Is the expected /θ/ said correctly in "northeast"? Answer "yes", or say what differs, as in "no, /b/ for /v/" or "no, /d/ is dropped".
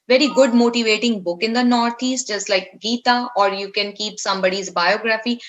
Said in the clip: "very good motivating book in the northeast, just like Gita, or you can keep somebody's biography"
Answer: no, /t/ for /θ/